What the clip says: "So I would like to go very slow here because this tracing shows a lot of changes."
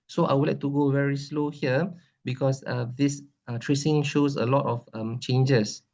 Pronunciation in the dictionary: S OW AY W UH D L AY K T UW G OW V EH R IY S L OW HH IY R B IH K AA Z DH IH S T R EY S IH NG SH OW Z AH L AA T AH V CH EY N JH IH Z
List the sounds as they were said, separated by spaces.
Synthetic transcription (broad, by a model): S OW AY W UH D L AY K T UW G OW V EH R IY S L OW HH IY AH B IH K AA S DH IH S T R EY S IH NG SH OW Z AH L AA T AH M CH EY N JH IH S